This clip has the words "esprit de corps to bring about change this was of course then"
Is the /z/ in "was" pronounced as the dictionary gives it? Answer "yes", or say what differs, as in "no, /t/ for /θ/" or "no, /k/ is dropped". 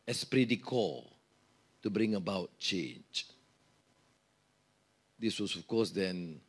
no, /s/ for /z/